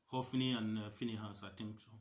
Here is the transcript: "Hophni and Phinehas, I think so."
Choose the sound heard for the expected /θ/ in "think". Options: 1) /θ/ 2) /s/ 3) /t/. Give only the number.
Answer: 3